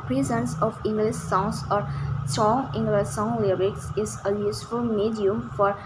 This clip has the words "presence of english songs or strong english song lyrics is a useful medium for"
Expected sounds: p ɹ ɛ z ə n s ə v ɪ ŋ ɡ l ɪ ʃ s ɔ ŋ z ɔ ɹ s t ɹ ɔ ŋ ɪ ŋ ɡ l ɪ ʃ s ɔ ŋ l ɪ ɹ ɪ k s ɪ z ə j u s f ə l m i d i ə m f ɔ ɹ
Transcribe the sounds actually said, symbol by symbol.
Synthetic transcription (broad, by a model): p ɹ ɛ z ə n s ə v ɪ ŋ ɡ l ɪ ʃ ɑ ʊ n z ɔ ɹ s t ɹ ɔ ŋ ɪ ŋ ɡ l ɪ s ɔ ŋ l ɪ ɹ ɪ k s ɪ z ə j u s f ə l m i d i ə m f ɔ ɹ